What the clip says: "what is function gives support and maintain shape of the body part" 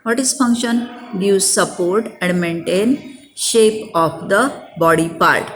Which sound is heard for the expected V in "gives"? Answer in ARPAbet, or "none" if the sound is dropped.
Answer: none